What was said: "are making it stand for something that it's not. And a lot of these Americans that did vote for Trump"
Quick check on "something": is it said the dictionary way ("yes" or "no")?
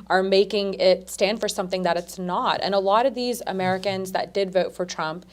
yes